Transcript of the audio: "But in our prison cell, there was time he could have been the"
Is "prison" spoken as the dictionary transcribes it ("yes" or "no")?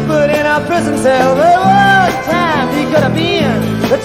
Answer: yes